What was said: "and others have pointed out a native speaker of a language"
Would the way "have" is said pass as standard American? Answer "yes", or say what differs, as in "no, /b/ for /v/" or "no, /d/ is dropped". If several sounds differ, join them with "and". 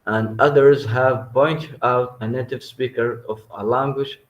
yes